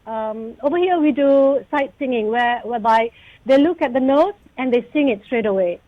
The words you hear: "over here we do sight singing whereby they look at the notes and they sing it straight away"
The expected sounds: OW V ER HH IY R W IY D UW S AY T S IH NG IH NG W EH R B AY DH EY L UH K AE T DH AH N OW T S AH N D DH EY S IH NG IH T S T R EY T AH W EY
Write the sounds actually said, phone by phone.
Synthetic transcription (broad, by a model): OW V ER HH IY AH W IY D UW S AY T S IH NG IH NG W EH W B AY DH EY L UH K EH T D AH N OW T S AH N D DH EY S IH NG IH T S T R EY T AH W EY